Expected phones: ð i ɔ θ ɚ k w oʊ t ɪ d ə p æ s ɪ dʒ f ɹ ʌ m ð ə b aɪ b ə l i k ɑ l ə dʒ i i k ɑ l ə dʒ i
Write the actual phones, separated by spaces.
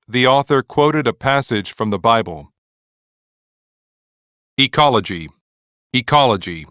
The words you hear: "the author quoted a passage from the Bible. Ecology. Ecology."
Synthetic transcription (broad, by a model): ð i ɔ θ ɚ k w oʊ t ɪ d ə p æ s ɪ dʒ f ɹ ʌ m ð ə b aɪ b ə l i k ɑ l ə dʒ i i k ɑ l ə dʒ i